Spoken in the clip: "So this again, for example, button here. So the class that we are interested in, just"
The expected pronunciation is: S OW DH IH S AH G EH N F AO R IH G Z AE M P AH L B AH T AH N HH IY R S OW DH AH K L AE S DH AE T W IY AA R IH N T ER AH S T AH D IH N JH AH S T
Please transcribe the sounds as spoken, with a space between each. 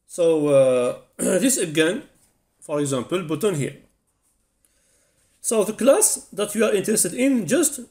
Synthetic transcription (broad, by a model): S OW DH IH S AH G EH N F AO R IH G Z AE M P AH L B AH T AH N HH IY R S OW DH AH K L AE S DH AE T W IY AA R IH N T ER AH S T AH D IH N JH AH S T